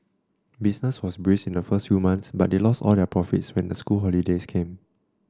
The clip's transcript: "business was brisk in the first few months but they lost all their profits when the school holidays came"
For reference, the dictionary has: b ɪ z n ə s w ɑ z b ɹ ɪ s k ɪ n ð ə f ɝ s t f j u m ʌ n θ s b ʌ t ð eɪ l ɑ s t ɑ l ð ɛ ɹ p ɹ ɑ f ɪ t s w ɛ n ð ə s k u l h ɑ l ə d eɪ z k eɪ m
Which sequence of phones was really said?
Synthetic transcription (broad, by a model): b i s n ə s w ɑ s b ɹ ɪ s ɪ n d ə f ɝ s t f j u m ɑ n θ s b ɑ t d eɪ l ɑ s t ɑ l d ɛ p ɹ ɑ f ɪ t s w ɛ n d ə s k u l h ɑ l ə d eɪ s k eɪ m